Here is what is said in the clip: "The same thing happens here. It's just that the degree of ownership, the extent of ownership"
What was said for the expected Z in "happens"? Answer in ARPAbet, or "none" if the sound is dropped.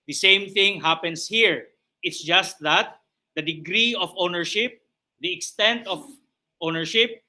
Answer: S